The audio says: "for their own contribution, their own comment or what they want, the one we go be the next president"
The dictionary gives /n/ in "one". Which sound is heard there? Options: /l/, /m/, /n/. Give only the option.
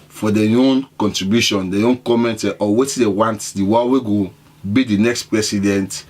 /l/